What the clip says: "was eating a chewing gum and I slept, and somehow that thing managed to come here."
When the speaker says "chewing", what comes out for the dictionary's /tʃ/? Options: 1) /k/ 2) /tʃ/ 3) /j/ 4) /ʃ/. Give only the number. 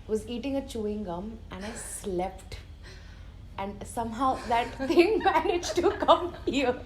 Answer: 2